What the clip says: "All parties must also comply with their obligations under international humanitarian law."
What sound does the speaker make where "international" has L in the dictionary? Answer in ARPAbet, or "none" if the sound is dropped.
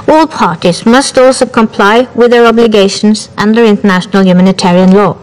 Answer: L